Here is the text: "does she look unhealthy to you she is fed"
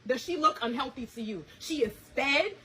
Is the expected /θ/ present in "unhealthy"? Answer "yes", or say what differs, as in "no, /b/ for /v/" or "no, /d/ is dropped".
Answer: yes